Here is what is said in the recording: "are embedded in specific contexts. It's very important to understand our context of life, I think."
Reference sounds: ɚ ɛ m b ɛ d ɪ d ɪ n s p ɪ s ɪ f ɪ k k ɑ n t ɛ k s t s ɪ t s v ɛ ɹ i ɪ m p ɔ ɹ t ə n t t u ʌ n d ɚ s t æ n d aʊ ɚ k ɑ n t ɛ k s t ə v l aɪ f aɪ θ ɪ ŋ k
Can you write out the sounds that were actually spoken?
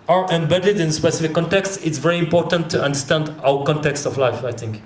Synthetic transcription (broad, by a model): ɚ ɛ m b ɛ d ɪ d ɪ n s p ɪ s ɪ f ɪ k k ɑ n t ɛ k s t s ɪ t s v ɛ ɹ i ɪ m p ɔ ɹ t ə n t t u ʌ n d ɚ s t æ n d aʊ ɚ k ɑ n t ɛ k s t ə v l aɪ f aɪ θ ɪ ŋ k